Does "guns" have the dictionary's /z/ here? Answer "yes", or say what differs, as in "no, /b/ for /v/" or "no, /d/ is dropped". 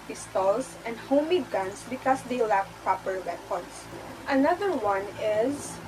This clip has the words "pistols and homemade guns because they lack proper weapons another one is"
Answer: no, /s/ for /z/